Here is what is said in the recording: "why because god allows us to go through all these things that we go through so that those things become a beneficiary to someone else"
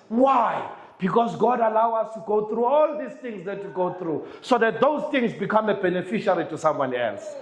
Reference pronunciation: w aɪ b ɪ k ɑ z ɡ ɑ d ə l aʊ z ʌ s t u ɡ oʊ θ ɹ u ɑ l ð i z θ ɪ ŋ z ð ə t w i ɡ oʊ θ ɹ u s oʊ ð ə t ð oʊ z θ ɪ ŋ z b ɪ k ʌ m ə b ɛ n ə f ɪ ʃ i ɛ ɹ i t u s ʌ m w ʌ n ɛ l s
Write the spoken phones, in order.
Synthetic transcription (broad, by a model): w aɪ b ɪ k ɑ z ɡ ɑ d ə l aʊ ɑ s t u ɡ oʊ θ ɹ u ɑ l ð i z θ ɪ ŋ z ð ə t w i ɡ oʊ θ ɹ u s oʊ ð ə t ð oʊ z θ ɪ ŋ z b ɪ k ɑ m ə b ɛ n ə f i ʃ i ɹ i t u s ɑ m w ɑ n ɛ l s